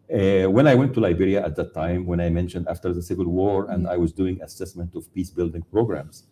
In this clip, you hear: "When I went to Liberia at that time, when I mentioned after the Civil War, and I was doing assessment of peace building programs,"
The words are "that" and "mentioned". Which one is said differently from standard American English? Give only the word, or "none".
none